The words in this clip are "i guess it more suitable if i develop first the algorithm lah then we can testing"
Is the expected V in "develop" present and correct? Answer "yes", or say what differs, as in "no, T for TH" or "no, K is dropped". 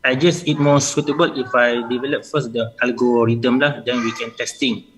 yes